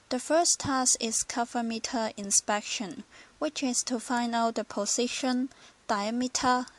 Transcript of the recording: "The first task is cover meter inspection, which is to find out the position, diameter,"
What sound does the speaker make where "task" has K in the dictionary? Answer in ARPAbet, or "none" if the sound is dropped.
none